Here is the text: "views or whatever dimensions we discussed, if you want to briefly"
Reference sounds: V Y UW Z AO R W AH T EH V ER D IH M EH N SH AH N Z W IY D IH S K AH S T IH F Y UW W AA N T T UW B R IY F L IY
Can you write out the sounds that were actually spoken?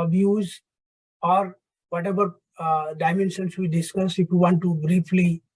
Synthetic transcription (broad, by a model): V Y UW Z AO R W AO T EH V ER D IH M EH N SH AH N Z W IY D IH S K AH S IH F Y UW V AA N T T UW B R IY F L IY